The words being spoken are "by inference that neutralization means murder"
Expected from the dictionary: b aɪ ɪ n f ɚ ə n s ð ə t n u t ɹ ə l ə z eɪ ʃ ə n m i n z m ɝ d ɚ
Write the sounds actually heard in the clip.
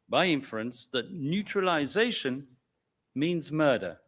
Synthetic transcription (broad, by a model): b aɪ ɪ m f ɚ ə n s ð ə t n u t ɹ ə l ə z eɪ ʃ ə n m i n z m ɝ d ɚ